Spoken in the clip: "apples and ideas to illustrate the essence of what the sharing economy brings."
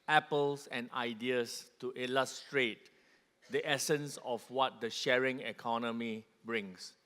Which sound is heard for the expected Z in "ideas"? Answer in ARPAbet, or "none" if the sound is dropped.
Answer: S